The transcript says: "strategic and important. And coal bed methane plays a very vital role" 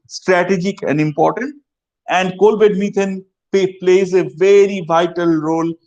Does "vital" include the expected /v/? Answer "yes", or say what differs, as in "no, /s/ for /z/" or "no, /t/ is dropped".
yes